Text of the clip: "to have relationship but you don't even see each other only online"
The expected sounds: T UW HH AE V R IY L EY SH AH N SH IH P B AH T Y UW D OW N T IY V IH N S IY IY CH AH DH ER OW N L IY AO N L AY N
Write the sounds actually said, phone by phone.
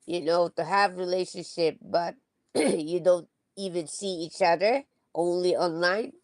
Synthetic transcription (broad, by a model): T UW HH AE V R IY L EY SH AH N SH IH P B AH T Y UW D OW N T IY V IH N S IY IY CH AH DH ER OW N L IY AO N L AY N